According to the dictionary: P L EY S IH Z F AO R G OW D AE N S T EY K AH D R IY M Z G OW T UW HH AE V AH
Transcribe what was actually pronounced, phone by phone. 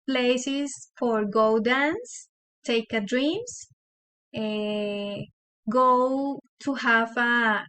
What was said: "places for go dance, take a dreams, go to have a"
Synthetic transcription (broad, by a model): P L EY S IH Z F AO R G OW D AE N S T EY K AH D R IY M S G OW T UW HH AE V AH